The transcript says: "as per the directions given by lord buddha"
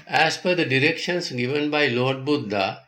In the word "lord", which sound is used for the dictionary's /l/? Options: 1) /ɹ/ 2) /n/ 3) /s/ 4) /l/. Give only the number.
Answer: 4